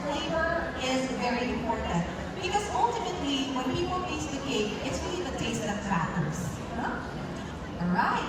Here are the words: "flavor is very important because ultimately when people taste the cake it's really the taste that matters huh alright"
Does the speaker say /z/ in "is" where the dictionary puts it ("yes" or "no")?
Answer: yes